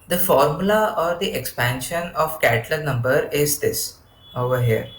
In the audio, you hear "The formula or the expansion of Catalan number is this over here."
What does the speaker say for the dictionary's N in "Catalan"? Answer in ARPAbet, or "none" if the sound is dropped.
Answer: L